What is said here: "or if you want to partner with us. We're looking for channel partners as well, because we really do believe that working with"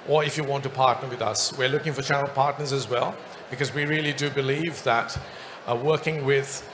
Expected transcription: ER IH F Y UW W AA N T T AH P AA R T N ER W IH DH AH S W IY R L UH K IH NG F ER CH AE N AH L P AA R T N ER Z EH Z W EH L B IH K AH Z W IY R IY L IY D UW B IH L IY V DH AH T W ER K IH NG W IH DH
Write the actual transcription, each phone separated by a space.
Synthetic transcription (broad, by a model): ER IH F Y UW W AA N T T AH P AA R T N ER W IH DH AH S W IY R L UH K IH NG F ER CH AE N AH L P AA R T N ER Z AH Z W EH L B IH K AH Z W IY R IY L IY D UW B IH L IY V DH AH T W ER K IH NG W IH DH